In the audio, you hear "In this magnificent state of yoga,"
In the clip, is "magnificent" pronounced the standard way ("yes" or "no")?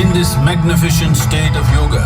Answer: no